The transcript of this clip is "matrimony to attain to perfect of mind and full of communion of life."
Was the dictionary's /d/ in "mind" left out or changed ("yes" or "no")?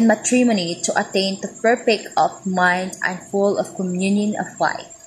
no